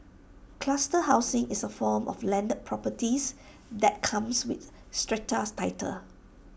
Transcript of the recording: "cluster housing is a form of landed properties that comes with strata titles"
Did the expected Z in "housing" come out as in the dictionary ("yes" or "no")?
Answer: no